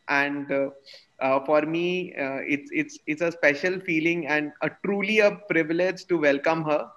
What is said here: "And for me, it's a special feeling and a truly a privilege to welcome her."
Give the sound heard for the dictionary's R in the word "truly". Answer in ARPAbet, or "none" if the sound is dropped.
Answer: R